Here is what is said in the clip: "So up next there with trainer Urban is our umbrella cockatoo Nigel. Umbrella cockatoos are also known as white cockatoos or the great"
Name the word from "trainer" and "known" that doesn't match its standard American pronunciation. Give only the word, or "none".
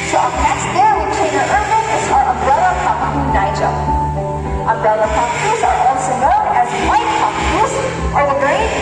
trainer